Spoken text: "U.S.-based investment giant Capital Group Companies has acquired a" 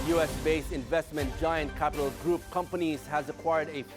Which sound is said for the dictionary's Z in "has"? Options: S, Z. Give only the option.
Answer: Z